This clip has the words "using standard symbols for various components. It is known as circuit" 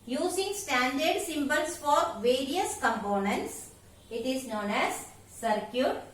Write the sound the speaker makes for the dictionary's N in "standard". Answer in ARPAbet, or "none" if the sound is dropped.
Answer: N